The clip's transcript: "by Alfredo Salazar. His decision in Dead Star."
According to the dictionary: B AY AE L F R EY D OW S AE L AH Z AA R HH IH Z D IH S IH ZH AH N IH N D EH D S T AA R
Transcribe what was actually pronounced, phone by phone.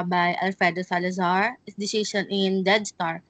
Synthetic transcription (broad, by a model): B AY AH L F EY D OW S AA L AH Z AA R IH S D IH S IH SH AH N IH N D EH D S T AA R